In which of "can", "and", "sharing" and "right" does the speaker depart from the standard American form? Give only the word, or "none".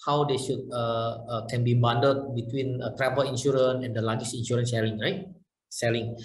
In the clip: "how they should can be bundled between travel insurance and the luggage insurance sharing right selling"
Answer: sharing